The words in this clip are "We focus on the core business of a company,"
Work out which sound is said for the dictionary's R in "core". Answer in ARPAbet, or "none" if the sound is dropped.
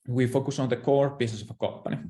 R